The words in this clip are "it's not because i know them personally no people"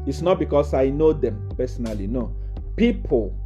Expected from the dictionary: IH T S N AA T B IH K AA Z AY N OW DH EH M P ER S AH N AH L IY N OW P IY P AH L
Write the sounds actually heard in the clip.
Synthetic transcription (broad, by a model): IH T S N AA T B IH K AA S AY N OW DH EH M P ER S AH N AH L IY N OW P IY P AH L